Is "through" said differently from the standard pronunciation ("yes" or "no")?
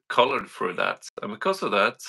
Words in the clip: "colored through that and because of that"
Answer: yes